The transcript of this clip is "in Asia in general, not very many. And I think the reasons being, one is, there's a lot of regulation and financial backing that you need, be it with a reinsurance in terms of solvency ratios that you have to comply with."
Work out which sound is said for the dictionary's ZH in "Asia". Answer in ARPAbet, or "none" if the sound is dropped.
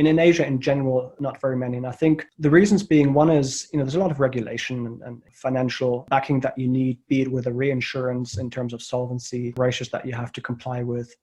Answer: ZH